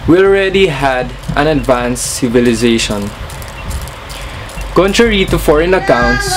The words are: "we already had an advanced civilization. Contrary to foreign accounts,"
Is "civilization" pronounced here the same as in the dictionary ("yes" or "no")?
yes